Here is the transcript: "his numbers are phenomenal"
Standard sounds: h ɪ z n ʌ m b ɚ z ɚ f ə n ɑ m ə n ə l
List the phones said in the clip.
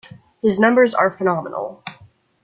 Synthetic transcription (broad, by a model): h ɪ z n ʌ m b ɚ z ɚ f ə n ɑ m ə n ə l